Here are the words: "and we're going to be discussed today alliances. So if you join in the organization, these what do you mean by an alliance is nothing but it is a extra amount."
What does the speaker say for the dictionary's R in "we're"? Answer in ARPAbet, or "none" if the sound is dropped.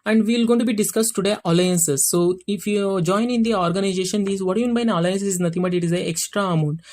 L